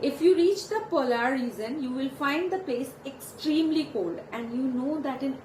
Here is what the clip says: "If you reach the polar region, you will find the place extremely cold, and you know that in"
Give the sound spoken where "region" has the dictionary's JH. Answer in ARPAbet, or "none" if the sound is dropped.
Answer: Z